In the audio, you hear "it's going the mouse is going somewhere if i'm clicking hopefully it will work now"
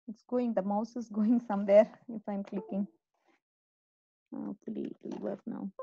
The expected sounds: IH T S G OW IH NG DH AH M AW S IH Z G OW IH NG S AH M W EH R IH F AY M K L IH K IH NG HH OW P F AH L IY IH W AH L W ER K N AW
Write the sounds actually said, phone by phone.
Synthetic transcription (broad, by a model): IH T S G OW IH NG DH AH M AW S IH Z G OW IH NG S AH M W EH R IH F AY M K L IH K IH NG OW F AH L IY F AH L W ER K N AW